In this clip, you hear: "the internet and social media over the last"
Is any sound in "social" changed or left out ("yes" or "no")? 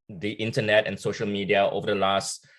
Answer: no